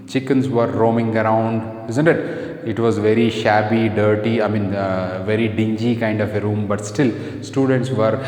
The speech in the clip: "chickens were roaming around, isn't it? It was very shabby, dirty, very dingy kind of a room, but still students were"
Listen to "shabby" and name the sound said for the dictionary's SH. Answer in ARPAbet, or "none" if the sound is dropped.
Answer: SH